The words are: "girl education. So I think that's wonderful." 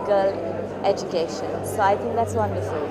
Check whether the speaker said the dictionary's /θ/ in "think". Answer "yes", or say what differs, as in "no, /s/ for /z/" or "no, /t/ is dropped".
no, /t/ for /θ/